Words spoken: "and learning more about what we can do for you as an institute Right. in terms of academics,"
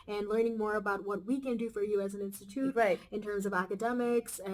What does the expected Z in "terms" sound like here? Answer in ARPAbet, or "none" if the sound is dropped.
Z